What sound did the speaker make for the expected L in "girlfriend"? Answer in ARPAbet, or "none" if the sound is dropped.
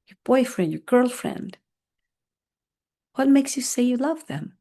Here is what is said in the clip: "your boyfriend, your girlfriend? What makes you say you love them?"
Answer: L